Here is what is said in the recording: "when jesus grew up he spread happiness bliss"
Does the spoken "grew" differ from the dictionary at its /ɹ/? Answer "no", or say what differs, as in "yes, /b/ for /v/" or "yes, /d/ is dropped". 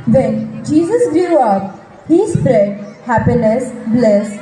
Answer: yes, /ɹ/ is dropped